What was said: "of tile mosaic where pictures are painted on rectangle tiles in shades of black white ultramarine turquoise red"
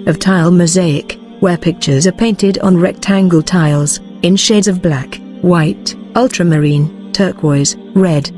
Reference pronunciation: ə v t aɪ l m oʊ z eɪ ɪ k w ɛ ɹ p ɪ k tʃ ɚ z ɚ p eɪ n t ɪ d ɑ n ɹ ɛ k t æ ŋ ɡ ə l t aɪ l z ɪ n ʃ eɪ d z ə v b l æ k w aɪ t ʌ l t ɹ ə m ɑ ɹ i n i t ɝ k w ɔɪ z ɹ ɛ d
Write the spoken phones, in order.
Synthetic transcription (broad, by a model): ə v t aɪ l m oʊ z eɪ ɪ k w ɛ ɹ p ɪ k tʃ ɚ z ɚ p eɪ n t ɪ d n ɹ ɛ k t æ ŋ ɡ ə l t aɪ l z ɪ n ʃ eɪ d z ə v b l æ k w aɪ t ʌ l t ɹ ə m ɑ ɹ i n t ɝ k w ɔɪ z ɹ ɛ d